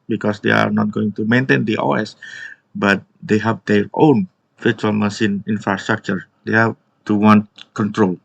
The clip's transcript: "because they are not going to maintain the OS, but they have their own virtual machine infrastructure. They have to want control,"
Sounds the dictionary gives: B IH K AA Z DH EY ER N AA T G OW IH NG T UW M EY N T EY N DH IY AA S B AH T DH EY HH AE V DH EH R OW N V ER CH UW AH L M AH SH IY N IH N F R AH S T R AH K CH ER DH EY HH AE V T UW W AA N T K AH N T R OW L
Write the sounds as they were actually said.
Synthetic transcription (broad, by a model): B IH K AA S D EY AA N AA T G OW IH NG T UW M EY N T EY N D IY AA S B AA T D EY HH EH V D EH R OW N F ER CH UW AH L M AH S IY N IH N F R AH S T R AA K CH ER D EY HH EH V T UW W AA N T K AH N T R OW L